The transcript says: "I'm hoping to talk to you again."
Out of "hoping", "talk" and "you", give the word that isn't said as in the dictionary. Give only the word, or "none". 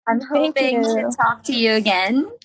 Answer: hoping